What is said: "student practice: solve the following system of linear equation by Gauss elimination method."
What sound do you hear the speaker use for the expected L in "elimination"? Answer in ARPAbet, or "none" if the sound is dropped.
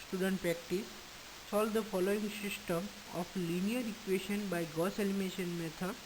N